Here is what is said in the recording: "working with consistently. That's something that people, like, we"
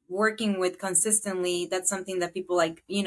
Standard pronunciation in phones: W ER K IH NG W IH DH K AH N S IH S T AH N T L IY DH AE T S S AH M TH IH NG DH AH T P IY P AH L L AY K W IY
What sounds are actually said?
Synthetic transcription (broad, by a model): W ER K IH NG W IH DH K AH N S IH S T AH N T L IY DH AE T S S AH M TH IH NG DH AH T P IY P L L AY K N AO